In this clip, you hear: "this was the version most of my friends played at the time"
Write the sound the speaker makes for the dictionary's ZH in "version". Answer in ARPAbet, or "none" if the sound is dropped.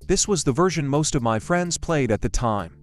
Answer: ZH